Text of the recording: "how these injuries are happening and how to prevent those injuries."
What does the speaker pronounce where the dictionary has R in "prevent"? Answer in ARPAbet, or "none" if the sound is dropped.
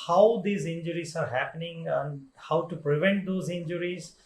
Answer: R